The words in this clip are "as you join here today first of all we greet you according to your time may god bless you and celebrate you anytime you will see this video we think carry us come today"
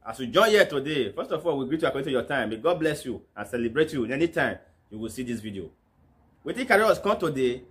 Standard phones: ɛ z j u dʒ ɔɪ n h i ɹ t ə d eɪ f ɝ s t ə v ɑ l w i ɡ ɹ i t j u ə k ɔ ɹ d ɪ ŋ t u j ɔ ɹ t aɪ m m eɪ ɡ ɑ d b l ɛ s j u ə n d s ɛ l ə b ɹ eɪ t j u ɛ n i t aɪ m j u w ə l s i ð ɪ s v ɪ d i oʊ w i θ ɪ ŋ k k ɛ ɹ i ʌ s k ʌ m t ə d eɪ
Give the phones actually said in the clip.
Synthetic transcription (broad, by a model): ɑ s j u dʒ ɔɪ n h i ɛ t ə d eɪ f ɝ s t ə f ɑ l w i ɡ ɹ i t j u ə k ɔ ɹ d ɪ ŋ t u j ɔ t aɪ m m eɪ ɡ ɑ d b l ɛ s j u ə n s ɛ l ə b ɹ eɪ t j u ɛ n i t aɪ m j u w ə l s i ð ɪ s v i d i oʊ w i t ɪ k k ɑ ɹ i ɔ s k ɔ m t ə d eɪ